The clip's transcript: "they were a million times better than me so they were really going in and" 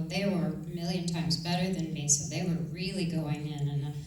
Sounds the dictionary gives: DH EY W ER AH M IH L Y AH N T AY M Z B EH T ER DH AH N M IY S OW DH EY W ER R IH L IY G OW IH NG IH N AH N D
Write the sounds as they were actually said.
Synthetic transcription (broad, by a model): DH EY W ER M IH L Y AH N T AY M Z B EH T ER DH AH N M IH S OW DH EY W ER R IH L IY G OW IH NG IH N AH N